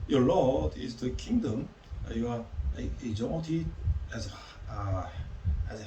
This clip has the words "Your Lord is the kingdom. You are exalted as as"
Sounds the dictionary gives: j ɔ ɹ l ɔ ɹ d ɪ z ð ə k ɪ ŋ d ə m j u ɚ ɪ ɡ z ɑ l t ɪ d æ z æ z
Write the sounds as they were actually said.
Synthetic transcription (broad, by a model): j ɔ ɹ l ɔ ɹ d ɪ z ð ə k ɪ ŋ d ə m j u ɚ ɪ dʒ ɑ n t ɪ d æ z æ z